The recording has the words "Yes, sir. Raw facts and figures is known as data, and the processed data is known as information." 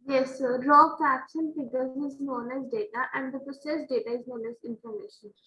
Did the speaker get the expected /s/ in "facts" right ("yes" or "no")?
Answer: no